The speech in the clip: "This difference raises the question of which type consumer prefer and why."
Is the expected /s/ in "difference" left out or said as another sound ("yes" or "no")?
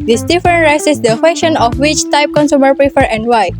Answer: yes